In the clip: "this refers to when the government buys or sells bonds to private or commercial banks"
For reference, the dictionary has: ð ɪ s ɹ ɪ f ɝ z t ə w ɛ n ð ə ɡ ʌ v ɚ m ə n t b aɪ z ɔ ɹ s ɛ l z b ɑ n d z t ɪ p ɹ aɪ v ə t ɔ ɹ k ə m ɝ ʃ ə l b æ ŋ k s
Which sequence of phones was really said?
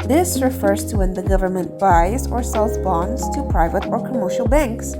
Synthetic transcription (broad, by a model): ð ɪ s ɹ ɪ f ɝ z t ə w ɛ n ð ə ɡ ʌ v ɚ m ə n t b aɪ z ɔ ɹ s ɛ l z b ɑ n d z t ɪ p ɹ aɪ v ə t ɔ ɹ k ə m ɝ ʃ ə l b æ ŋ k s